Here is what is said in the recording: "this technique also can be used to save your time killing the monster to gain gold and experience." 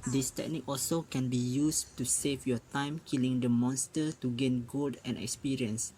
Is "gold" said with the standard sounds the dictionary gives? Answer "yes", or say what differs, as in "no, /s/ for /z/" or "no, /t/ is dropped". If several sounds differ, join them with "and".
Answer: no, /l/ is dropped